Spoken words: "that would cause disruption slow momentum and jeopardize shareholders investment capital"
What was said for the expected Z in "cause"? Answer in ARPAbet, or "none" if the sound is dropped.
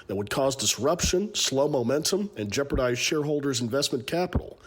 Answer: Z